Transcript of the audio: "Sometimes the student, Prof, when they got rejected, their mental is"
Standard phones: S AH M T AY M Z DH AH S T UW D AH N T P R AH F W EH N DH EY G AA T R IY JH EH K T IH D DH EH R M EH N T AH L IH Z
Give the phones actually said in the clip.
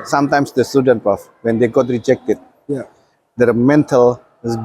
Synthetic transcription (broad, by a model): S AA M T AY M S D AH S T UW D AH N T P AH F W EH N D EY G AA T R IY JH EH K T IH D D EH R M EH N T AH L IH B